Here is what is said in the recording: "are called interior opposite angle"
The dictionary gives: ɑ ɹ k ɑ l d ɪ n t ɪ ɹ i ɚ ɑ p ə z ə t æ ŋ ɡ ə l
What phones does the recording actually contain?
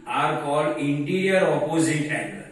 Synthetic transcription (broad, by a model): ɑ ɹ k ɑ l ɪ n t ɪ ɹ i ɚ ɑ p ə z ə t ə